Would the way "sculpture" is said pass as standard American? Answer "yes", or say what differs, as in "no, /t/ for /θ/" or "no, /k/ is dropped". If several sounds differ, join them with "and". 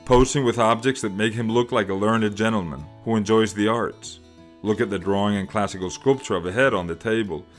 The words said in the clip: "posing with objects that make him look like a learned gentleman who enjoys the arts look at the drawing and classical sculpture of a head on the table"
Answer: yes